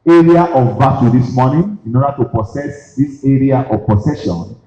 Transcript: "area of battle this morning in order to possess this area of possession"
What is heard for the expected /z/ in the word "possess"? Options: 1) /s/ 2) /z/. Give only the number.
1